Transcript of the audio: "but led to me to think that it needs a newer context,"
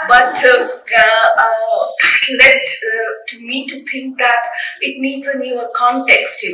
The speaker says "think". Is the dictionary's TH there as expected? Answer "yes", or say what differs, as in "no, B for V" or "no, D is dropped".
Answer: no, T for TH